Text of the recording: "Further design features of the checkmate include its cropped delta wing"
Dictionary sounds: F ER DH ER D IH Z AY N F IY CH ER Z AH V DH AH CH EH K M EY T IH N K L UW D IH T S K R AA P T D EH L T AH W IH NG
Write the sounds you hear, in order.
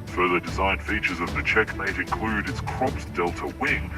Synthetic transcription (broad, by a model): F ER DH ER D IH Z AY N F IY CH ER Z AH V DH AH CH EH K M EY T IH N K L UW D IH T S K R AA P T D EH L T AH W IH NG